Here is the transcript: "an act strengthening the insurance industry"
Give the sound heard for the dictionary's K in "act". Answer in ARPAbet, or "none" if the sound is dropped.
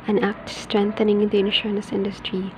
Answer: K